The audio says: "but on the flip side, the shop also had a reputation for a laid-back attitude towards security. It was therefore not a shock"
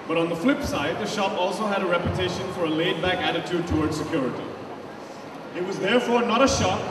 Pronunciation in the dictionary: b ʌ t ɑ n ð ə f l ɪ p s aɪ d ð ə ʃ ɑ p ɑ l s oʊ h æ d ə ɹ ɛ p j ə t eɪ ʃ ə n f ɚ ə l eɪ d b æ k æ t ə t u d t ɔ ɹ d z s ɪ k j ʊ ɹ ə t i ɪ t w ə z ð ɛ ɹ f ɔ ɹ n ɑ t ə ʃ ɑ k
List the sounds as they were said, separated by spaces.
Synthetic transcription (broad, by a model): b ʌ t n ð ə f l ɪ p s aɪ d ð ə ʃ ɑ p ɑ l s oʊ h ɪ d ə ɹ ɛ p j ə t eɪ ʃ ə n f ɚ ə l eɪ d b æ k æ t ə t u d t ɔ ɹ d z s ɪ k j ʊ ɹ ə t i ɪ t w ə z ð ɛ ɹ f ɔ ɹ n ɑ t ə ʃ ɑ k